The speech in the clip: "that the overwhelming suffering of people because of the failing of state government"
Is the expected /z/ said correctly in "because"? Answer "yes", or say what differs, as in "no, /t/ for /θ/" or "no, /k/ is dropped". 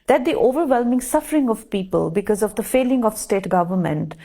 yes